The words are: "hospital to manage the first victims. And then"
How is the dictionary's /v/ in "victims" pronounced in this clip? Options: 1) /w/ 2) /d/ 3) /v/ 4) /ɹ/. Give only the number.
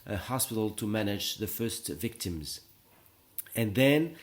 3